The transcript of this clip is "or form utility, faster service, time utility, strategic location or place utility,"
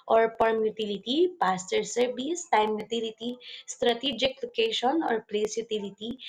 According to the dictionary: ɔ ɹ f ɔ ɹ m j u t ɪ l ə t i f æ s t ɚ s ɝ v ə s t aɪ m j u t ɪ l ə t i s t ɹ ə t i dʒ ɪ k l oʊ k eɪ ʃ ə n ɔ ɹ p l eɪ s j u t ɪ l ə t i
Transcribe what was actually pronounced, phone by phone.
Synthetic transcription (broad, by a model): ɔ ɹ p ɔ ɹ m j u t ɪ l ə t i p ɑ s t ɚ s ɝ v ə s t aɪ m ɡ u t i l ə t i s t ɹ ə t i dʒ ɪ k l oʊ k eɪ ʃ ə n ɔ ɹ p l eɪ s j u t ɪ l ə t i